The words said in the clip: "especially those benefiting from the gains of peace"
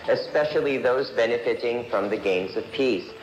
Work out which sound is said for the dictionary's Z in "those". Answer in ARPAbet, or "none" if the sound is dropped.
Z